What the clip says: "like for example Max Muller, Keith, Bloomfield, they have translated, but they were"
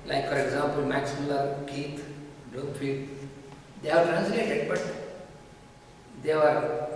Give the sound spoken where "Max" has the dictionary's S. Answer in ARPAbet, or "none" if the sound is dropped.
S